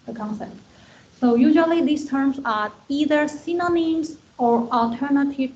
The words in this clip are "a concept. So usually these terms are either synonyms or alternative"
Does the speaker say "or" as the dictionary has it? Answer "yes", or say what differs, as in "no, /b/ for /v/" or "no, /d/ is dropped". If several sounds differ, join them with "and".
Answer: yes